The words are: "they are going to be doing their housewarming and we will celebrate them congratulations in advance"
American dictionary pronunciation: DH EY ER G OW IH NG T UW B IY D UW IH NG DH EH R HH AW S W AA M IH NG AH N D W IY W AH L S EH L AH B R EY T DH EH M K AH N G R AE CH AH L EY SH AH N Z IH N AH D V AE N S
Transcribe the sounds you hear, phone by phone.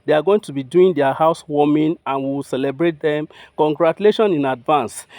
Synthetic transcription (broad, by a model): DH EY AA G OW IH NG T UW B IY D UW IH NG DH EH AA HH AW S W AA M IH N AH N W IY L S EH L AH B R EY T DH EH M K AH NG G R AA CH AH L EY SH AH N IH N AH D V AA N S